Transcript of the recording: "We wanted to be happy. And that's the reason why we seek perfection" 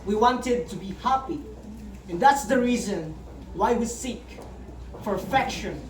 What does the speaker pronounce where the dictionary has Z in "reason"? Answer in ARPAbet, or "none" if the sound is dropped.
Z